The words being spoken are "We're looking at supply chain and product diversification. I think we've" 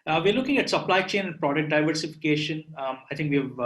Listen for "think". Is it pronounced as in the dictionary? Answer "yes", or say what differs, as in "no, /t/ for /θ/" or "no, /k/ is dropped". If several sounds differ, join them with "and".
no, /t/ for /θ/